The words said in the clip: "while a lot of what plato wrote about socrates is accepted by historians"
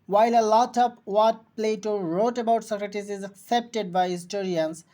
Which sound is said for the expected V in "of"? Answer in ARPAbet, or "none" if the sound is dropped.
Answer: P